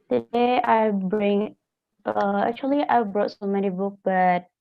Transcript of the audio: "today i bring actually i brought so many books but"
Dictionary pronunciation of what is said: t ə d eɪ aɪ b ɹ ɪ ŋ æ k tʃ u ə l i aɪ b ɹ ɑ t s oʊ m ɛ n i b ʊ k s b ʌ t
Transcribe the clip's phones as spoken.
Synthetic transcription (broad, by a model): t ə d eɪ aɪ b ɹ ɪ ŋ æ k tʃ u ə l i aɪ b ɹ ɑ t s oʊ m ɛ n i b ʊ k b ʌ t